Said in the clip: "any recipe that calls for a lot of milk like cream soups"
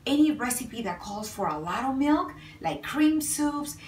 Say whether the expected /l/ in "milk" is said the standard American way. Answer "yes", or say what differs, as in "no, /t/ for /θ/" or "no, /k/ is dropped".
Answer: yes